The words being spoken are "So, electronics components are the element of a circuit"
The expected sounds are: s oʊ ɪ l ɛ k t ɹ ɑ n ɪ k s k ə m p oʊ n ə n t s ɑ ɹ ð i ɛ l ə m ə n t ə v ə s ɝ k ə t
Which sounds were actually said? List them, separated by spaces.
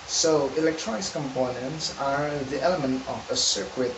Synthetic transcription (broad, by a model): s oʊ ɪ l ɛ k t ɹ ɑ n ɪ k s k ə m p oʊ n ə n t s ɑ ɹ ð i ɛ l ə m ə n t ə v ə s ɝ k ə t